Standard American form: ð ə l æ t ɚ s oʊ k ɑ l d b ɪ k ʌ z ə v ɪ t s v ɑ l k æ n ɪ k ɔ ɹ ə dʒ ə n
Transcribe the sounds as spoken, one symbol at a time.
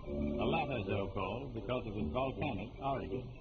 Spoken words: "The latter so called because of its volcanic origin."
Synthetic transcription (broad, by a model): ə l æ t ɚ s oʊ k ɑ l d b ɪ k ʌ z ə v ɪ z v ɑ l k æ n ɪ k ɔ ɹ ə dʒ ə